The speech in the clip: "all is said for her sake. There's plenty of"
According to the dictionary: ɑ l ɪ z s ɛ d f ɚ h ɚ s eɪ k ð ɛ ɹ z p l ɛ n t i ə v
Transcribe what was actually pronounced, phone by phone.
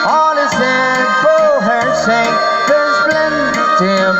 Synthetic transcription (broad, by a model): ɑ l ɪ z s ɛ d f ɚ h ɚ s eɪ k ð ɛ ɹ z b l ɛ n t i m